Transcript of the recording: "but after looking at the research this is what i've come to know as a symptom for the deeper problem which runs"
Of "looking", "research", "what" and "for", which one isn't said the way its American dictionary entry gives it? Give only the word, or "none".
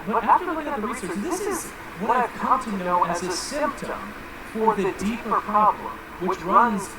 looking